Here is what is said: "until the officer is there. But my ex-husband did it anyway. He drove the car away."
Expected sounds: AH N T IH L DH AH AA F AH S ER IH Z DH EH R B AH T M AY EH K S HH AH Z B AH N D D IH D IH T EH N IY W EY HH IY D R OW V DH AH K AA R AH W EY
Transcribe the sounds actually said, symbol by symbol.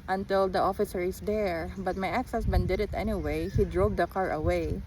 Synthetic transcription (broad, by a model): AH N T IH L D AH AA F AH S ER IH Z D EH R B AH T M AY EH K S HH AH S B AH N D D IH D IH T EH N IY W EY HH IY D R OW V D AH K AA R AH W EY